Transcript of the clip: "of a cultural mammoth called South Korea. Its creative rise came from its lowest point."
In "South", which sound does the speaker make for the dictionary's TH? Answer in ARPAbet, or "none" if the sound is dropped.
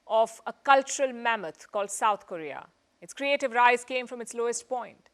T